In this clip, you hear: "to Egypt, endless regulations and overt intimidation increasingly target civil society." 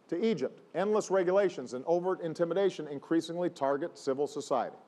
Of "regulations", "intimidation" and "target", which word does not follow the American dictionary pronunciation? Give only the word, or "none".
none